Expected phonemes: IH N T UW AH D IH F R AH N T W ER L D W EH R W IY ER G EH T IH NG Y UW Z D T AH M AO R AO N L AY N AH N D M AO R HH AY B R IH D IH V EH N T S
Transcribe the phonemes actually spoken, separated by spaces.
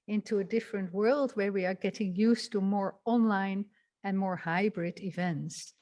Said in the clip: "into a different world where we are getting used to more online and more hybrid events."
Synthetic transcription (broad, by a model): IH N T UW AH D IH F R AH N T W ER L D W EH R W IY ER G EH T IH NG Y UW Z T AH M AO R AO N L AY N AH N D M AO R HH AY B R IH D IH V EH N T S